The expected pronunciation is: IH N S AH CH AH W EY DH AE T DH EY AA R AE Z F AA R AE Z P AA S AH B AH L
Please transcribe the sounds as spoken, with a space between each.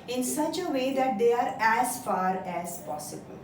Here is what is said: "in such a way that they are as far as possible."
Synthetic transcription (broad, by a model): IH N S AH CH AH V EY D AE T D EY AA R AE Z F AA R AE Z P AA S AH B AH L